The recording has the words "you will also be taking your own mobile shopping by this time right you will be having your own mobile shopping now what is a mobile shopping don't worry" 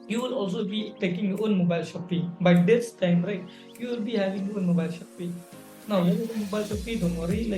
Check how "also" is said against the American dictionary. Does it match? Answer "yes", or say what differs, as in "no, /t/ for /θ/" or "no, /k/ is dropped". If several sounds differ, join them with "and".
yes